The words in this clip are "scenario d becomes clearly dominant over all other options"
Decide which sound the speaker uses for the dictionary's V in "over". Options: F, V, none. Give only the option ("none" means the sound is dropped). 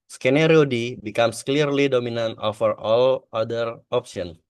F